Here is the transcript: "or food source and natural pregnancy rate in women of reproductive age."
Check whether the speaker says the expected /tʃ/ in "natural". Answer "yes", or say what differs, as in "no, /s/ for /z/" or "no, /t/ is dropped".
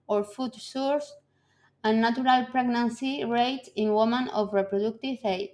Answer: no, /tʃ/ is dropped